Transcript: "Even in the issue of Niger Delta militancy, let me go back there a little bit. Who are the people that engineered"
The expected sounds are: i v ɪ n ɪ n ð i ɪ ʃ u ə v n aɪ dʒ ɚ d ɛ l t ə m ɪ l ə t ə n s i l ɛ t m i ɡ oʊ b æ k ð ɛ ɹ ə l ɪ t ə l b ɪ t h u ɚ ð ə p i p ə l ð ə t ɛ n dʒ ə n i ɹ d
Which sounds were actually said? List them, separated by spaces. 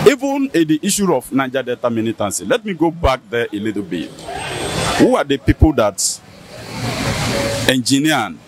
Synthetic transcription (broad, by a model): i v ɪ n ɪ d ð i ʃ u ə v n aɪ dʒ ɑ d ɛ t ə m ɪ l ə t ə n s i l ɛ t m i ɡ oʊ b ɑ k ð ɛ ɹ ə l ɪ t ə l b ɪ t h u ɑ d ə p i p ə l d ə t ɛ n dʒ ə n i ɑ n